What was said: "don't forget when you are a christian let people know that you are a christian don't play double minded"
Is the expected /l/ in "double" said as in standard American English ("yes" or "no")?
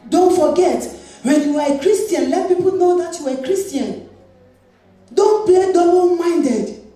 no